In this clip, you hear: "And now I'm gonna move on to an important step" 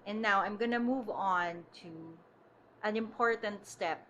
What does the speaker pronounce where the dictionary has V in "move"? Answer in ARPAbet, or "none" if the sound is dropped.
V